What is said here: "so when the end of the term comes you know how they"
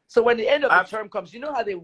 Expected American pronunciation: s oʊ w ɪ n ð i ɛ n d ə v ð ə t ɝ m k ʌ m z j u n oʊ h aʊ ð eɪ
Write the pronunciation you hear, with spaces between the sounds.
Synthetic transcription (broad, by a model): s oʊ w ɪ n ð i ɛ n d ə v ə t ɝ m k ʌ m z j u n oʊ h aʊ ð eɪ